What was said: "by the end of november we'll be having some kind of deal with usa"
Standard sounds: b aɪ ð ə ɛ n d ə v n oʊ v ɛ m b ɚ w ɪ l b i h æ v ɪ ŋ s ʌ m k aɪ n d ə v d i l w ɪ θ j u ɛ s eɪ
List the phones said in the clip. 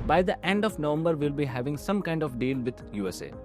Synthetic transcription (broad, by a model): b aɪ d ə ɛ n d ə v n oʊ v ɛ m b ɚ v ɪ l b i h æ v ɪ ŋ s ʌ m k aɪ n d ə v d i l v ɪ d j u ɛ s eɪ